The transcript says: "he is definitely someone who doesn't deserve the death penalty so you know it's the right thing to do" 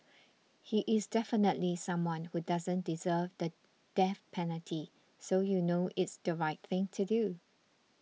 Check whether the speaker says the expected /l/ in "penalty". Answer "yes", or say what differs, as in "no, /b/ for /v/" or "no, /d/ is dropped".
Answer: yes